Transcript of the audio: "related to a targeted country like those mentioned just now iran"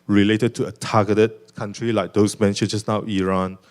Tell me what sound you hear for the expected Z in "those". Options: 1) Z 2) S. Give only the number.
2